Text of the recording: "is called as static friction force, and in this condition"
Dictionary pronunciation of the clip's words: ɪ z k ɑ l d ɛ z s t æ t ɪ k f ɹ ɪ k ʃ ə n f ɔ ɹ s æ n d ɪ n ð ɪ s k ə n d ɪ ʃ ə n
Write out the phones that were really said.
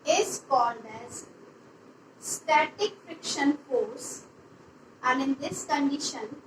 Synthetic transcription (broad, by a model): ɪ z k ɑ l d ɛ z s t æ t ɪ k f ɹ ɪ k ʃ ə n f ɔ ɹ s æ n d ɪ n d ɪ s k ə n d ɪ ʃ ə n